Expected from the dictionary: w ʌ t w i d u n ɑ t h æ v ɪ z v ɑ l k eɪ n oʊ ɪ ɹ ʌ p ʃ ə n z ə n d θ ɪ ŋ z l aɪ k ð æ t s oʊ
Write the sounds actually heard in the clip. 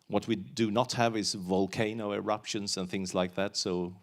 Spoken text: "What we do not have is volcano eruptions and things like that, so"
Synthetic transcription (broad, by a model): w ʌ t w i d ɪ n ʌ t h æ v ɪ z v ɑ l k eɪ n oʊ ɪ ɹ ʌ p ʃ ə n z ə n θ ɪ ŋ z l aɪ k ð æ t s oʊ